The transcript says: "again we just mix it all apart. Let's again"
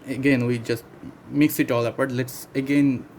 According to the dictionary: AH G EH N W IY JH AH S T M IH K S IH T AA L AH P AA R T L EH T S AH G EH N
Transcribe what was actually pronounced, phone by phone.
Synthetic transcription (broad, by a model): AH G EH N W IY JH AH S T M IH K S IH T AA L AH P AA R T L EH T S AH G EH N